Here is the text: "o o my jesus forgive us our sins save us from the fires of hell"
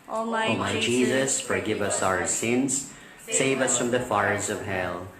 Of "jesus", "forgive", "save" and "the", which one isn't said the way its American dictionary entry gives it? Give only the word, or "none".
none